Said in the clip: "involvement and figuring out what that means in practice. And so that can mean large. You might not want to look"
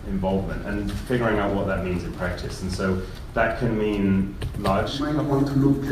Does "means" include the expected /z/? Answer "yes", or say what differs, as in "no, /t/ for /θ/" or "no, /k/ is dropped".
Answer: yes